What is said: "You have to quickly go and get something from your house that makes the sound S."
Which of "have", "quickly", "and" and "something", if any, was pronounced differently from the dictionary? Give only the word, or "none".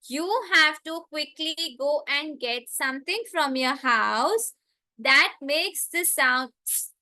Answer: something